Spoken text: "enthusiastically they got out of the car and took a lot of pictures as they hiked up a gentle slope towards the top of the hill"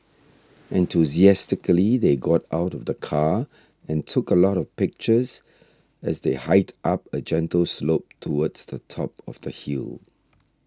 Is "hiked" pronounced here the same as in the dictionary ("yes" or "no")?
no